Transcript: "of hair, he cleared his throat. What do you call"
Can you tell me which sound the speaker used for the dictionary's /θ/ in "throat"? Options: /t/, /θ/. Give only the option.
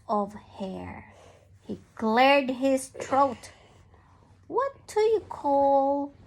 /t/